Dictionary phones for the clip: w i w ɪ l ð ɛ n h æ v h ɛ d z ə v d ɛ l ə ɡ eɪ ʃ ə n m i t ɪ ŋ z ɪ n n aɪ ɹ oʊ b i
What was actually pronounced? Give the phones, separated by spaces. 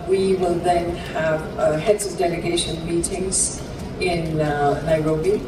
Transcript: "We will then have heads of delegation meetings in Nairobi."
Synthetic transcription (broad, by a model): w i w ɪ l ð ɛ n h æ v h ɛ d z ə v d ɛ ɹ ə ɡ eɪ ʃ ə n m i t ɪ ŋ z ɪ n n aɪ ɹ oʊ b i